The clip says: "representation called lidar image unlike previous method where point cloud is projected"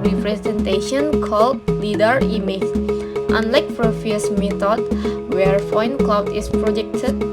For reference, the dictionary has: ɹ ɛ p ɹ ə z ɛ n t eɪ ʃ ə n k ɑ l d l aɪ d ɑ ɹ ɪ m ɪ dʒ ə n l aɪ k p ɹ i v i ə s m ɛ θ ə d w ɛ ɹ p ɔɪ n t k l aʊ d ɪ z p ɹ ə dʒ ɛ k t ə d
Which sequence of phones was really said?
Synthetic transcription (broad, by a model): ɹ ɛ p ɹ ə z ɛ n t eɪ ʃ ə n k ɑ l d l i d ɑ ɹ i m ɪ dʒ ə n l aɪ k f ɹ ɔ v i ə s m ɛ t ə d w ɛ ɹ f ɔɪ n k l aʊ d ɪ s p ɹ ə dʒ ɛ k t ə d